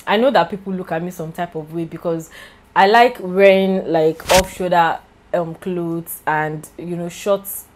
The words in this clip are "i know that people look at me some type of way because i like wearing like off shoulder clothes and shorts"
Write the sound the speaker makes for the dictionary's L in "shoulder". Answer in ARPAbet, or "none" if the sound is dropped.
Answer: none